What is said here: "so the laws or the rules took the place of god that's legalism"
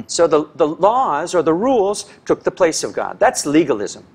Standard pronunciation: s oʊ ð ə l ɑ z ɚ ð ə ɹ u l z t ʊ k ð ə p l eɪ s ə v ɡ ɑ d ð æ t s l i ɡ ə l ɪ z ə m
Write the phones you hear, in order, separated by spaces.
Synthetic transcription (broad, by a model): s oʊ ð ə l ɑ z ɚ ð ə ɹ u l z t ʊ k ð ə p l eɪ s ə v ɡ ɑ d ð æ t s l i ɡ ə l ɪ z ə m